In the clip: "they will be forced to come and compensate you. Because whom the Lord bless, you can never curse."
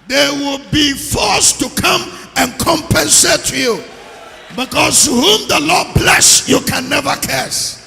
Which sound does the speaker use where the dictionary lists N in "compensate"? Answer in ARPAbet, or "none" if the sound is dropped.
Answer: N